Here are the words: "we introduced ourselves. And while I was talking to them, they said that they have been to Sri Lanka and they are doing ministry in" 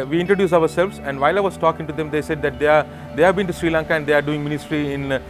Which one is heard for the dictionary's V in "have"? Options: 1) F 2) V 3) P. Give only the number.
2